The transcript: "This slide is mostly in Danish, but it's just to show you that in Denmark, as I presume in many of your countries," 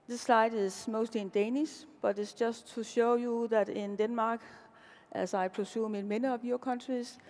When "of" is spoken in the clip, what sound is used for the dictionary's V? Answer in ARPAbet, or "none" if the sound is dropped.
B